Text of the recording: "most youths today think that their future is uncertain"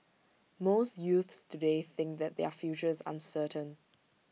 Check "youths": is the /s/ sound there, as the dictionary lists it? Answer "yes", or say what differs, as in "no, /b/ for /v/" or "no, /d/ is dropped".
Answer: yes